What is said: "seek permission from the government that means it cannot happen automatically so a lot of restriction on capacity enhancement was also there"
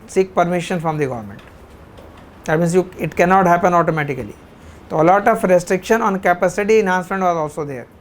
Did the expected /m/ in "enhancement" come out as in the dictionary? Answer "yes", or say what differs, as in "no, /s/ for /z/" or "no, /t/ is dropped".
no, /m/ is dropped